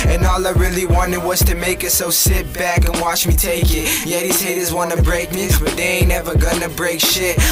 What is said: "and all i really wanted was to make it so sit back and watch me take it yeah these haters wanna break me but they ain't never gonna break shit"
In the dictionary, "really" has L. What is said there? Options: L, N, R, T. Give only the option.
L